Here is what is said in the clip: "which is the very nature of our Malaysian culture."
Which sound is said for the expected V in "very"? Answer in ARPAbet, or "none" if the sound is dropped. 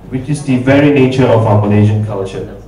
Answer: V